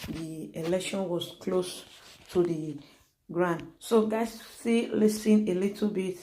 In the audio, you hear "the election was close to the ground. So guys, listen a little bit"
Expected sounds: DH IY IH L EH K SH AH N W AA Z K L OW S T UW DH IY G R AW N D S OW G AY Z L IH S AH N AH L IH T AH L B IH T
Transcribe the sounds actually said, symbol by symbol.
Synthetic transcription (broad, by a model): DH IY IH L EH K SH AH N W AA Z K L OW S T UW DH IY G R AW N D S OW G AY S L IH S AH N AH L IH T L B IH T